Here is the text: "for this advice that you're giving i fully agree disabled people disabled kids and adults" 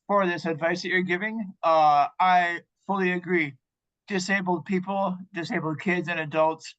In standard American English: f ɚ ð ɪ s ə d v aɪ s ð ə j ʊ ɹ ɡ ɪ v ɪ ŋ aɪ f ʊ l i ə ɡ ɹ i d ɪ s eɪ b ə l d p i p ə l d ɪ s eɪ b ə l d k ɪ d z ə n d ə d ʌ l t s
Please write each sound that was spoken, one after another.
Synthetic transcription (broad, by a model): f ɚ ð ɪ s ə d v aɪ s ð ə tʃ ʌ ɹ ɡ ɪ v ɪ ŋ aɪ f ʊ l i ə ɡ ɹ i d ɪ s eɪ b l d p i p l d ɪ s eɪ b l d k ɪ d z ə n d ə d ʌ l t s